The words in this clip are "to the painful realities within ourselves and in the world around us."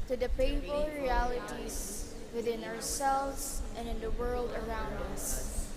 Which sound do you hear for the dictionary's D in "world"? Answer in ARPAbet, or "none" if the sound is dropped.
D